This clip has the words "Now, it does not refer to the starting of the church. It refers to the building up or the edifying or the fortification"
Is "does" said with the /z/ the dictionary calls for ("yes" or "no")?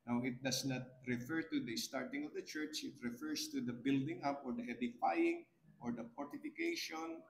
no